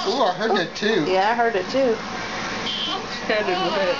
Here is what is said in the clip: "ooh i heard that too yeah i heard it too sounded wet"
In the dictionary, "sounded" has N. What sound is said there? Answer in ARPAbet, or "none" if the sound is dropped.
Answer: none